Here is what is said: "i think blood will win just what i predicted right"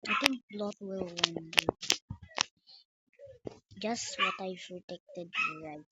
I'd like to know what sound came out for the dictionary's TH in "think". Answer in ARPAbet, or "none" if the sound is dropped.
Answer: T